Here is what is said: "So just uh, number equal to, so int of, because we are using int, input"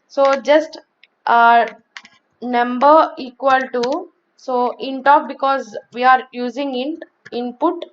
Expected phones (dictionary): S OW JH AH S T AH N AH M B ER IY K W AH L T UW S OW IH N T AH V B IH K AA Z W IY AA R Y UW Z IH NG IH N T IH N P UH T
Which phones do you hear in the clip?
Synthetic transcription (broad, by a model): S OW JH AH S T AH N AH M B ER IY K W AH L T UW S OW IH N T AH P B IH K AA Z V IY AA R Y UW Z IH NG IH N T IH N P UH T